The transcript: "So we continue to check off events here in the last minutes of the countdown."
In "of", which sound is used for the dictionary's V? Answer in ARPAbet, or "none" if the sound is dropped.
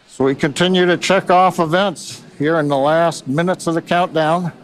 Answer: V